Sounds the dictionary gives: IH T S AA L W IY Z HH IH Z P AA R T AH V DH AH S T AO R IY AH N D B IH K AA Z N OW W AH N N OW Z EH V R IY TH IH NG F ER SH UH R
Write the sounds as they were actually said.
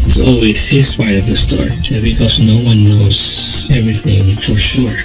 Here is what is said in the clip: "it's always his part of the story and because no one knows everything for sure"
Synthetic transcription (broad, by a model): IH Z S AA L W IY Z HH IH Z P AA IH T AH V DH AH S T AO R IY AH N B IH K AA Z N OW W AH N N OW Z EH V R IY TH IH NG F ER SH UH R